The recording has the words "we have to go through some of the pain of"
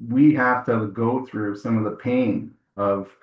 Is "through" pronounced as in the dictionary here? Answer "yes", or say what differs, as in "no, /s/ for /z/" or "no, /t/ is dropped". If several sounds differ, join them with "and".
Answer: yes